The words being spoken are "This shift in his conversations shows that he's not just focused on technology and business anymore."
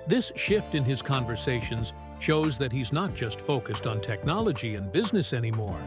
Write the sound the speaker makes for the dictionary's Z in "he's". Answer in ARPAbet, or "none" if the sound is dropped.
Z